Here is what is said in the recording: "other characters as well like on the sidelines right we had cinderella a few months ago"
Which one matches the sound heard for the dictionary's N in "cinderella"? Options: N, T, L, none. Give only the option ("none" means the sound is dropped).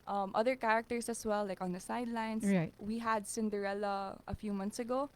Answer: N